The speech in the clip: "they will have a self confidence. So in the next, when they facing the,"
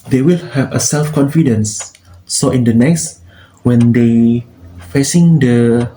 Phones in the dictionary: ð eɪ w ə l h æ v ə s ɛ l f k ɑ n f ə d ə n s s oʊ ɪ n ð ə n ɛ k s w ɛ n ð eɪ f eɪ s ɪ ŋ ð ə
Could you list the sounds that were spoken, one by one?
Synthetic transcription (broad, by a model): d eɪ w ə l h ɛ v ə s ɛ l f k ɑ n f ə d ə n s s oʊ ɪ n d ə n ɛ k s w ɛ n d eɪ f eɪ s ɪ ŋ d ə